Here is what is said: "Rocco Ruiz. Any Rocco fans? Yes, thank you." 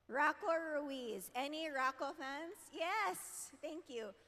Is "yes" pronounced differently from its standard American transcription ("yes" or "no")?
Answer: no